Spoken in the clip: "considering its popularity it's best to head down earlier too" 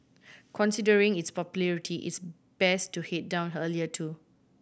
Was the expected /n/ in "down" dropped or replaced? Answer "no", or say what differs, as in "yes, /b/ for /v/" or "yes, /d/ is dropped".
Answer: no